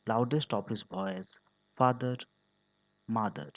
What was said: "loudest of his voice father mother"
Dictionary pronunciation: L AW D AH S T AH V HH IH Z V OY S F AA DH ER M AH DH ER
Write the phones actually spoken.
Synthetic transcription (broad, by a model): L AW D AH S T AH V HH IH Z B OY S F AA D ER M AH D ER